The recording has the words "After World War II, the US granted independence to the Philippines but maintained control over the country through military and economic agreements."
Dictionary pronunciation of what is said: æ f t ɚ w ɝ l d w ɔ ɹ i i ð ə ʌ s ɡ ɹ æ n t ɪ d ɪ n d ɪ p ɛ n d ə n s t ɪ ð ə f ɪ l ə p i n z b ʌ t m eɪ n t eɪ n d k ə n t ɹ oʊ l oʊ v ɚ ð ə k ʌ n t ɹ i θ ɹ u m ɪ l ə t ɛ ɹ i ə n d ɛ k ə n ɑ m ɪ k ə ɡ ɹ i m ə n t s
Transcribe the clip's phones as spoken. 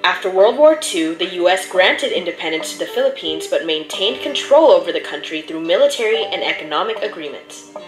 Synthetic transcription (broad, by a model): æ f t ɚ w ɝ l d w ɔ ɹ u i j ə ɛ s ɡ ɹ æ n t ɪ d ɪ n d ɪ p ɛ n d ə n s t ɪ ð ə f ɪ l ə p i n z b ʌ t m eɪ n t eɪ n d k ə n t ɹ oʊ l oʊ v ɚ ð ə k ʌ n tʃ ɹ i θ ɹ u m ɪ l ə t ɛ ɹ i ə n ɛ k ə n ɑ m ɪ k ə ɡ ɹ i m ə n t s